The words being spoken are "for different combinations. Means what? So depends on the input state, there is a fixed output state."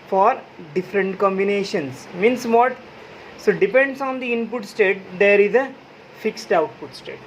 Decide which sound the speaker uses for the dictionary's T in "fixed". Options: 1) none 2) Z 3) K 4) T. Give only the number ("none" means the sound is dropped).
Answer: 4